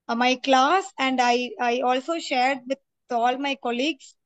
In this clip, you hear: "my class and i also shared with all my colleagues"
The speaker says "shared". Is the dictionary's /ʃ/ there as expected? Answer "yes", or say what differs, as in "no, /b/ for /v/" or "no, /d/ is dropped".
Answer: yes